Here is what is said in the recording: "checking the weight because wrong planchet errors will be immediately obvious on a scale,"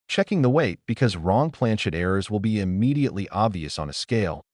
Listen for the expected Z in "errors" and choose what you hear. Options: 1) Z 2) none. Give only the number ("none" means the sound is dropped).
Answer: 1